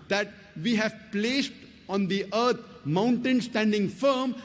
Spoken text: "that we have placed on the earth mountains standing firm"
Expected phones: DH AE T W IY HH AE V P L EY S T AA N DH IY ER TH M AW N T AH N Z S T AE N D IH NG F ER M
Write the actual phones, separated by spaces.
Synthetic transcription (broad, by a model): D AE T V IY HH AE V P L EY S T AA N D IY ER T M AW N T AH N S T AE N D IH NG F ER M